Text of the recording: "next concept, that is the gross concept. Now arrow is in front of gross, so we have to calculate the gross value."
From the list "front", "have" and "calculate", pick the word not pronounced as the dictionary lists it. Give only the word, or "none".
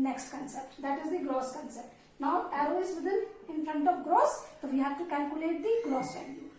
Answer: have